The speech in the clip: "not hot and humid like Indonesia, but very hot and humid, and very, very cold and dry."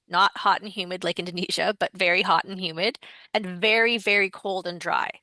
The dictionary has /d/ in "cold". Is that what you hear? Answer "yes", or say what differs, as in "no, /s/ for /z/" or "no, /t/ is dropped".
yes